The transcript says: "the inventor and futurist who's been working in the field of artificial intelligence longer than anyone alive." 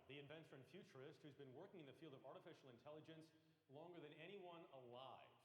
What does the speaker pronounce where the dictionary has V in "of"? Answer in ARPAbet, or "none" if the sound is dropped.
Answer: V